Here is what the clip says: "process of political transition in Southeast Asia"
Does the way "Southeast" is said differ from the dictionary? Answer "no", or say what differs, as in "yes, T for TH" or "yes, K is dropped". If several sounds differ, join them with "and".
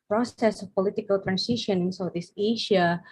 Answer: yes, T is dropped